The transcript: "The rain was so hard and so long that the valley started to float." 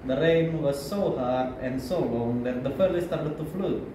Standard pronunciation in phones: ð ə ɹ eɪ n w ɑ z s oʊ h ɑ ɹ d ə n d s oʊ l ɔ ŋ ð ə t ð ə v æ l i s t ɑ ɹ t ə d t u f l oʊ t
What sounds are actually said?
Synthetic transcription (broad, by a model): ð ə ɹ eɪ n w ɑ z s oʊ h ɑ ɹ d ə n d s oʊ l ɔ ŋ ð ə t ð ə f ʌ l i s t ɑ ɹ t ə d t u f l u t